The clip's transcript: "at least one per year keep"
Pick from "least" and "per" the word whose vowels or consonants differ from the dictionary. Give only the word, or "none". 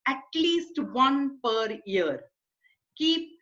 none